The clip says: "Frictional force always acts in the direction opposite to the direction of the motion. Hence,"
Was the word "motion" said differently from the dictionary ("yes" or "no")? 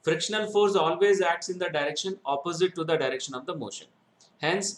no